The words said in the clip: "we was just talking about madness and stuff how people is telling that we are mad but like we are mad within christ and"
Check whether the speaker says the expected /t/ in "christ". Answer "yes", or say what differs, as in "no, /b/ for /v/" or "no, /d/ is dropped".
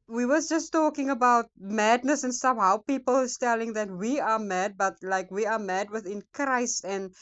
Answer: yes